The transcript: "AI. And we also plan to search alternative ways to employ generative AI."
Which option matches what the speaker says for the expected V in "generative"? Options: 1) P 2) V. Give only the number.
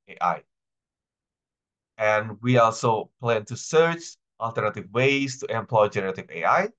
2